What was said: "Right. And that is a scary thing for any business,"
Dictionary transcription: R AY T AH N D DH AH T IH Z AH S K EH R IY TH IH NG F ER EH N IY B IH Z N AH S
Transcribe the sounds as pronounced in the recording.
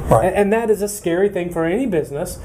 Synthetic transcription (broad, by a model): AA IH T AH N DH AH T IH Z AH S K EH R IY TH IH NG F ER EH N IY B IH Z N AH S